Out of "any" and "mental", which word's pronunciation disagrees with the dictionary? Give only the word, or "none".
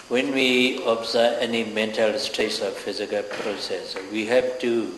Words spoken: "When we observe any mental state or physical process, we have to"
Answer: none